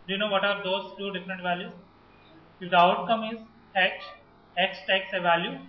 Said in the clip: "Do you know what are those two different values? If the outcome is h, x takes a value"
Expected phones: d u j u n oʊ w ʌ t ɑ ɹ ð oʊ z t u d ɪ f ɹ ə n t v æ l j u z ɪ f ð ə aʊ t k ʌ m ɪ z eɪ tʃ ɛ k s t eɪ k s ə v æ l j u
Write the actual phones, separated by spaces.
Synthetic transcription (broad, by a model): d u j u n oʊ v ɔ t ɑ ɹ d oʊ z t u d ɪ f ə n t v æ l j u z ɪ f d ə aʊ t k ʌ m ɪ z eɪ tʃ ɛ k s t eɪ k s ə v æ l j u